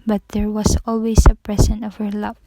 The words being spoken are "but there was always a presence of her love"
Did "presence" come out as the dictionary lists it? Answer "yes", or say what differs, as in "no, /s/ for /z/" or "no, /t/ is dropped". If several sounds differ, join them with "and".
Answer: no, /s/ is dropped